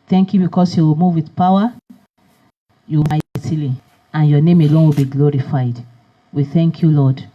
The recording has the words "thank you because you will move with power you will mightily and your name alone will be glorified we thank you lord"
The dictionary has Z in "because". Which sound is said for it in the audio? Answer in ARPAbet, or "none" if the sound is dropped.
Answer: S